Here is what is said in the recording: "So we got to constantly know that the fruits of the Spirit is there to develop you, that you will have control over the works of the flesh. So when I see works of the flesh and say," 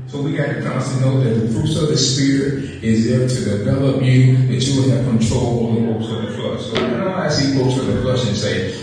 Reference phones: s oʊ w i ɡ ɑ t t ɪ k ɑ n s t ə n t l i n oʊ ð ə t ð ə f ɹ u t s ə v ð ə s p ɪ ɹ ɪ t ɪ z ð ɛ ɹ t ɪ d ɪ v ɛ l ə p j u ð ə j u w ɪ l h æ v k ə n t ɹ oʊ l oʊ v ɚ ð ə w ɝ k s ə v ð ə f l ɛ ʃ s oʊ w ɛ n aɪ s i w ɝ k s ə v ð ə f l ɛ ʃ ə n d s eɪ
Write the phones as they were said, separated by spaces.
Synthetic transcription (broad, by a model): s oʊ w i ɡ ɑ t t ɪ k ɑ s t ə n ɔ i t ð ə t ð ə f ɹ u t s ə v ð ə s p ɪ ɹ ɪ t ɪ z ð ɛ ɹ t ɪ d ɪ v ɛ l ə p j u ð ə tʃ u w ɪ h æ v k ə n t ɹ oʊ l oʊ ɚ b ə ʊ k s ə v ð ə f l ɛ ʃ s oʊ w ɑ aɪ s i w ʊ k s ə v ð ə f l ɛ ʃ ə n s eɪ